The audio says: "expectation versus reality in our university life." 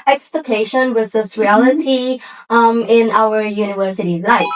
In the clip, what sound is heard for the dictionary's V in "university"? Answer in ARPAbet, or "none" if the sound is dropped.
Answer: V